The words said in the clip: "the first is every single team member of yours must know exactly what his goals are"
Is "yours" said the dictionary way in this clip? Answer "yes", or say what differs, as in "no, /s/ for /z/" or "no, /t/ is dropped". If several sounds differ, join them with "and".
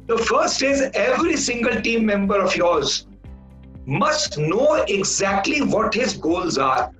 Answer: yes